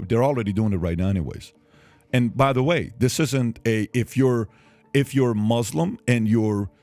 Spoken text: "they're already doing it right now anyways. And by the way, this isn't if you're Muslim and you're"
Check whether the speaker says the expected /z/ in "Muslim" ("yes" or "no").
yes